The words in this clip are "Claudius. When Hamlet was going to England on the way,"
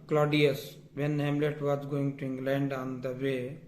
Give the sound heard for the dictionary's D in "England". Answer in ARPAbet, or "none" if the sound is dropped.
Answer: D